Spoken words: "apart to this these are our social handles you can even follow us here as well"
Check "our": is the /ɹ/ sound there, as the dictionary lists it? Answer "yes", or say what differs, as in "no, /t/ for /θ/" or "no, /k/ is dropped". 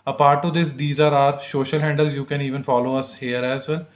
yes